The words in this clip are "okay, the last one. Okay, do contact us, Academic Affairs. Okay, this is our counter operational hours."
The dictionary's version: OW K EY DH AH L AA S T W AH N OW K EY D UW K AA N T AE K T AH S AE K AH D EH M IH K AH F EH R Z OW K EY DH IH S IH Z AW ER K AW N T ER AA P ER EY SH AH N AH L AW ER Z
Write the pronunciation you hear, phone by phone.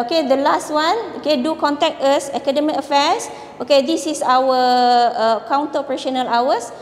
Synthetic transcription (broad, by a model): OW K EY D AH L AA S T W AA N OW K EY D UW K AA N T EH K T AH S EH K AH D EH M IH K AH F EH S OW K EY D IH S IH S AW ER K AW N T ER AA P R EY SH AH N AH L AW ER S